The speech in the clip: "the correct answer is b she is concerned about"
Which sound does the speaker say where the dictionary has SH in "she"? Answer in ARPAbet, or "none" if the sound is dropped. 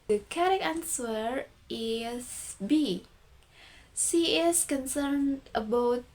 S